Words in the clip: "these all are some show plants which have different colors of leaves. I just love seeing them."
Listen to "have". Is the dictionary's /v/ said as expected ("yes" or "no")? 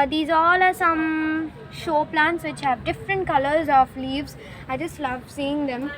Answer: yes